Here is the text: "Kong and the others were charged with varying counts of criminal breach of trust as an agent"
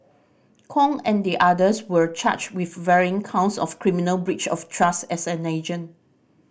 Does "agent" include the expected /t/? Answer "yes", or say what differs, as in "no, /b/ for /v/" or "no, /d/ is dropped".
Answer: no, /t/ is dropped